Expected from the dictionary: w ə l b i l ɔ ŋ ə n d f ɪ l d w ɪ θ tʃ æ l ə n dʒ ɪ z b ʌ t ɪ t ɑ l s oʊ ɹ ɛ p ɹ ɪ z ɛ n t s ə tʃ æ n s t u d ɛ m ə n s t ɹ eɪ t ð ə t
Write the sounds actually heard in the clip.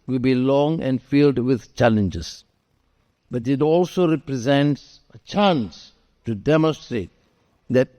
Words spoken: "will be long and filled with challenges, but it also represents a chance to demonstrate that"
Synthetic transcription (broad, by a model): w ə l b i l ɔ ŋ ə n d f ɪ l d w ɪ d tʃ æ l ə n dʒ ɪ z b ʌ t ɪ t ɑ l s oʊ ɹ ɛ p ɹ ɪ z ɛ n t s ə tʃ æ n s t u d ɛ m ə n s t ɹ eɪ t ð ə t